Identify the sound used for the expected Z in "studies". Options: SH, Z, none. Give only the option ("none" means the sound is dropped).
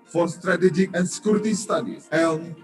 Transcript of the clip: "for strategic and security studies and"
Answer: none